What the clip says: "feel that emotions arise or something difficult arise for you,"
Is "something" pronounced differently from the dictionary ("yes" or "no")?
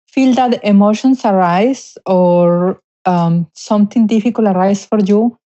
yes